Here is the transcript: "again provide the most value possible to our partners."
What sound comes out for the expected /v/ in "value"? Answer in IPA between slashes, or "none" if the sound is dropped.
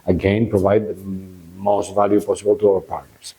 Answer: /v/